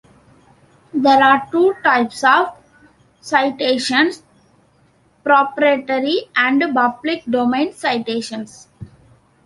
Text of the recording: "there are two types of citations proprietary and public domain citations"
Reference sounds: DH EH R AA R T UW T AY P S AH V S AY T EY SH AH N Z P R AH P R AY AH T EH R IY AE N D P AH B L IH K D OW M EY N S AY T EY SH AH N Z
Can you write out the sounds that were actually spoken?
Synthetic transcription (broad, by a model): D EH R AA R T UW T AY P S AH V S AY T EY SH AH N S P R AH P R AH T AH R IY AE N D B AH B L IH K D OW M EY N S AY T EY SH AH N S